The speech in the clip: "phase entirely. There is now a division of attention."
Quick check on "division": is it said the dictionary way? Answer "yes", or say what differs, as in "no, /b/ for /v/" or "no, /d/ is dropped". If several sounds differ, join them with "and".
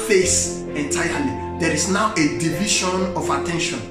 no, /ʃ/ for /ʒ/